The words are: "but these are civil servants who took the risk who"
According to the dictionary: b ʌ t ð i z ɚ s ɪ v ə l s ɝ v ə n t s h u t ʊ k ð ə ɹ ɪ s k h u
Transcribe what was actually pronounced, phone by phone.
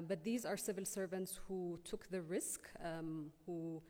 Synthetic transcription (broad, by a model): b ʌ t ð i z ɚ s ɪ v ə l s ɝ v ə n t s h u t ʊ k ð ə ɹ ɪ s k h u